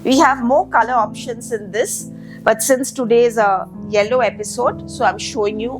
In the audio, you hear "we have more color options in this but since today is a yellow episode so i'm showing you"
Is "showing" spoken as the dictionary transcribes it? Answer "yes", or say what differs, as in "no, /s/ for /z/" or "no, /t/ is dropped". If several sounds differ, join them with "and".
yes